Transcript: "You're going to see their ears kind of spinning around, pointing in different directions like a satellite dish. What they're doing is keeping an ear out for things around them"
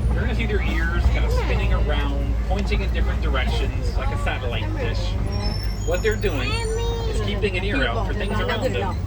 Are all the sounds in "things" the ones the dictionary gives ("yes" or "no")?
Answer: yes